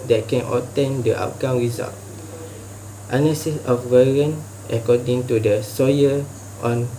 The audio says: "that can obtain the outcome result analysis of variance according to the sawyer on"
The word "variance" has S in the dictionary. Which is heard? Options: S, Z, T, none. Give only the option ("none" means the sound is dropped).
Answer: none